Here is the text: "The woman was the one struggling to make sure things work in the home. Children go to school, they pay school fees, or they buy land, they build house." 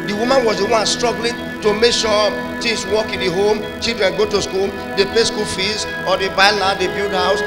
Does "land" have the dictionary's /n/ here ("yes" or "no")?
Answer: no